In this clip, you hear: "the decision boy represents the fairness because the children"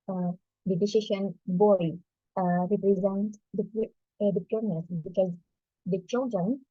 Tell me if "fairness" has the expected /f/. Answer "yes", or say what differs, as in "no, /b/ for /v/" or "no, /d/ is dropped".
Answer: no, /p/ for /f/